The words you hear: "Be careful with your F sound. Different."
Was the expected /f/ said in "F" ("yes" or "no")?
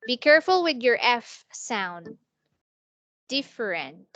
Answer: yes